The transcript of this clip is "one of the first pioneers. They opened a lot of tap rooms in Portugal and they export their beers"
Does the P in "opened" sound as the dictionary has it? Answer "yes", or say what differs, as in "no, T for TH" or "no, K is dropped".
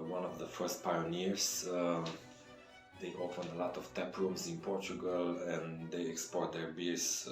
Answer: no, F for P